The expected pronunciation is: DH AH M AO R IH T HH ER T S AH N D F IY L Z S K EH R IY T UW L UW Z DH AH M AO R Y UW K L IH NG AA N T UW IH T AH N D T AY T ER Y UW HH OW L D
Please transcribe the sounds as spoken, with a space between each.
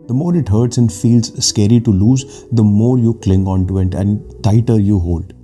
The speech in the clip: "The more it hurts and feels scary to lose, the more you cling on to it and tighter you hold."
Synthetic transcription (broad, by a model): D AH M AO R IH T HH ER T S AH N D F IY L Z S K EH R IY T UW L UW Z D AH M AO R Y UW K L IH NG AA N T UW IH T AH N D T AY T ER Y UW HH OW L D